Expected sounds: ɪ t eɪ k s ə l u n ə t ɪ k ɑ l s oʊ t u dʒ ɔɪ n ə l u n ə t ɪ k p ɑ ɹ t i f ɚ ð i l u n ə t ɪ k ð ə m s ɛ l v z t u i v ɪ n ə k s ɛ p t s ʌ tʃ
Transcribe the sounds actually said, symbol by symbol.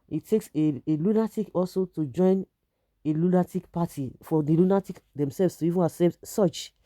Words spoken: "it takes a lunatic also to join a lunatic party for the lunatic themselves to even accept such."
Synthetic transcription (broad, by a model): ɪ t eɪ k s ə l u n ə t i k ɑ l s oʊ t u dʒ ɔɪ n ə l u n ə t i k p ɑ t i f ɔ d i l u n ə t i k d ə m s ɛ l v s t u i v ɪ n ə s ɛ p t s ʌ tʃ